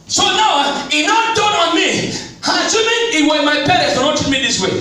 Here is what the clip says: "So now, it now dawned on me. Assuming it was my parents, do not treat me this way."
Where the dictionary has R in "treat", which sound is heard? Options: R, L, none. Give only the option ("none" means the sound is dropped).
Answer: none